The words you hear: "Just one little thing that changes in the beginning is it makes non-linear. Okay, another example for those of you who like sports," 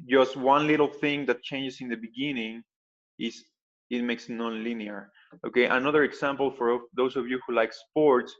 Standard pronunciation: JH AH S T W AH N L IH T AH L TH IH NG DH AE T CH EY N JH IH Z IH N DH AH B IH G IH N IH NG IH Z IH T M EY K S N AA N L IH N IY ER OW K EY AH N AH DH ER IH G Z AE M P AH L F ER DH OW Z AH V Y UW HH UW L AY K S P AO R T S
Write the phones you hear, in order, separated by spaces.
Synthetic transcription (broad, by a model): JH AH S T W AH N L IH T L TH IH NG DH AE T CH EY N JH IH S IH N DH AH B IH G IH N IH NG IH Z IH T M EY K S N AA N L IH N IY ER OW K EY AH N AH DH ER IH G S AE M P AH L F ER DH OW S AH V Y UW HH UW L AY K S P AO R T S